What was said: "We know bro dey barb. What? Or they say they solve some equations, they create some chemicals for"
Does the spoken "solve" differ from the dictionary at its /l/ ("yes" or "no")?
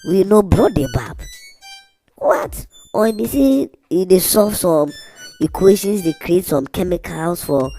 yes